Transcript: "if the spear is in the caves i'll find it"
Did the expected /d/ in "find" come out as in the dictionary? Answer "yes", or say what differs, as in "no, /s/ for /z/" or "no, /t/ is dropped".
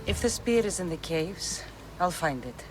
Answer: yes